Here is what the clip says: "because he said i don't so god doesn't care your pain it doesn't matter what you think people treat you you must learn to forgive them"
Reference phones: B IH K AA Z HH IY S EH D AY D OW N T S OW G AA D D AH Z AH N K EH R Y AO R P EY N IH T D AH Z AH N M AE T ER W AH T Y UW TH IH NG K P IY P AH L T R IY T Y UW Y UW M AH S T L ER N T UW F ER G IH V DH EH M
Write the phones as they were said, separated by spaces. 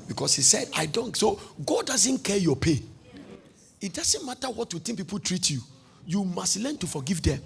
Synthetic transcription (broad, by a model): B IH K AA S HH IY S EH D AY D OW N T S OW G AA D D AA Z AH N K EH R Y AO P EY N IH T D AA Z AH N M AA T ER W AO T Y UW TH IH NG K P IY P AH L T R IY T Y UW Y UW M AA S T L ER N T UW F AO G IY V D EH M